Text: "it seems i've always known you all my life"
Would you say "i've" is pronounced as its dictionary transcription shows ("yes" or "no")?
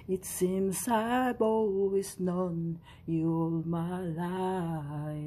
no